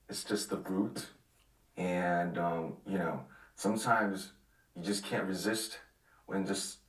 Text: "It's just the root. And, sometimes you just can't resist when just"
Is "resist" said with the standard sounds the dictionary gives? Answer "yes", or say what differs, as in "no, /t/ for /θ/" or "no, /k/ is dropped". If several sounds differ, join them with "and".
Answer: yes